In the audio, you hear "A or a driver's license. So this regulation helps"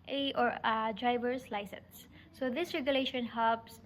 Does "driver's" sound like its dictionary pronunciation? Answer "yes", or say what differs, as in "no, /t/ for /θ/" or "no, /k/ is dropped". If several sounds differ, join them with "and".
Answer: no, /s/ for /z/